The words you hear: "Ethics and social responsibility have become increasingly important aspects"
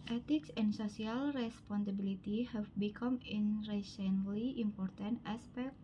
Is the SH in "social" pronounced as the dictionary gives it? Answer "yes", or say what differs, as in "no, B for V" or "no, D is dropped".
no, S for SH